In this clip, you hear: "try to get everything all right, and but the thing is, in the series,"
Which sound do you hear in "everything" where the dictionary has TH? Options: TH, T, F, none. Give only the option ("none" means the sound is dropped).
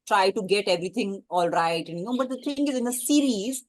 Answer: T